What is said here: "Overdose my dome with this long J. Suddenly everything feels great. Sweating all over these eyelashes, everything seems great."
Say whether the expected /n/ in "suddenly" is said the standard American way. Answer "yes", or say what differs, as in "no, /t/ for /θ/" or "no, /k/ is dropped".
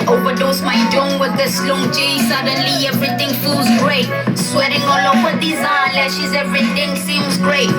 yes